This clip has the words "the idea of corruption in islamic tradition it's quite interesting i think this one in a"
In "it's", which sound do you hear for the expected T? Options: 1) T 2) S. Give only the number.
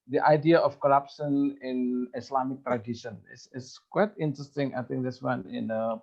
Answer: 2